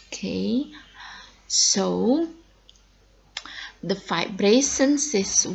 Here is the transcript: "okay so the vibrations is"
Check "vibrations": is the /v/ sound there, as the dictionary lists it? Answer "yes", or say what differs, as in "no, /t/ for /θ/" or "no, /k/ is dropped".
no, /f/ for /v/